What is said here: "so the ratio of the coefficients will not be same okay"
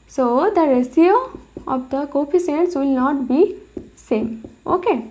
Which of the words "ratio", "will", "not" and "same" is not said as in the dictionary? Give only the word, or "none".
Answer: ratio